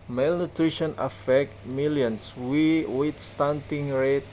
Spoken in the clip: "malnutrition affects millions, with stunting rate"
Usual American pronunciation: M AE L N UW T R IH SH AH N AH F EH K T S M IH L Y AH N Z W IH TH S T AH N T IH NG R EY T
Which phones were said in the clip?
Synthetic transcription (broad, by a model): M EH L N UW T R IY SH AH N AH F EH K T M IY L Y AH N S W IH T S T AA N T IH NG R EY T